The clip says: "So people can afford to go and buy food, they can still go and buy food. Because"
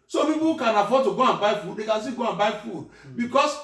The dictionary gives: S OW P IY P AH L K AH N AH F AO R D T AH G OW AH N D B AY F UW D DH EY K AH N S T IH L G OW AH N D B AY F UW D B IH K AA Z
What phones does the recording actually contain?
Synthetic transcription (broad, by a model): S OW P IY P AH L K AH N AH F AO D T AH G OW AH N B AY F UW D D EY K AH N S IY G OW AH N B AY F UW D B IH K AA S